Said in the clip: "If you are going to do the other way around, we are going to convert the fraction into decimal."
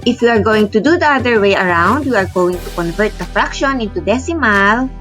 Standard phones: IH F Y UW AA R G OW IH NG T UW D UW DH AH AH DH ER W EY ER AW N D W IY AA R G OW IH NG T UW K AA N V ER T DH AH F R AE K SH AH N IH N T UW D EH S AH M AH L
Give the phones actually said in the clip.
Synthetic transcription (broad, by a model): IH F Y UW AA R G OW IH NG T UW D UW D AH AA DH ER W EY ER AW N D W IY AA R G OW IH NG T UW K AA N V ER T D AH F R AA K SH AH N IH N T UW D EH S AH M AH L